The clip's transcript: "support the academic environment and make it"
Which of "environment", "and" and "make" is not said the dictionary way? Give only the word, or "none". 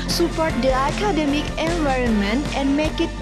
none